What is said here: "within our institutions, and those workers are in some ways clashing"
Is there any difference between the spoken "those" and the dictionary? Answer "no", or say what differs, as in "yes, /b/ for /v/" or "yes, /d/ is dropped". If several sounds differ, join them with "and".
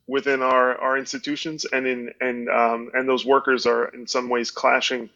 no